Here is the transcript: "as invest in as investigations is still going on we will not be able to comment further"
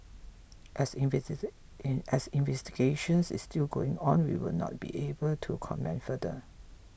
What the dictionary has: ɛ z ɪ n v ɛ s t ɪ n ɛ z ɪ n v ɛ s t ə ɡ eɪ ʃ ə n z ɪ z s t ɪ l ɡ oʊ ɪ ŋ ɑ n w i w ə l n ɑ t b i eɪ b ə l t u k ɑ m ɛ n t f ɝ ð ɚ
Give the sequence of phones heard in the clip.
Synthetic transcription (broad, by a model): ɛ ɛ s ɪ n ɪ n v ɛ s t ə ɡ eɪ ʃ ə n s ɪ s t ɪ l ɡ oʊ ɪ ŋ ɑ n w i w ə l n ɑ t b i eɪ b ə l t u k ɑ m ɛ n t f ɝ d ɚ